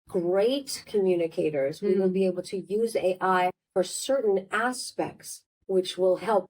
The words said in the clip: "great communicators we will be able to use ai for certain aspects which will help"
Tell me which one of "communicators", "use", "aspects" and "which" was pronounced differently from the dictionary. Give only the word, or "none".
none